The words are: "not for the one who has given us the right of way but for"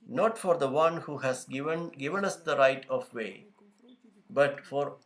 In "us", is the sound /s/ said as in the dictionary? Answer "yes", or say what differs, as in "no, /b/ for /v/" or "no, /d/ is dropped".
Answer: yes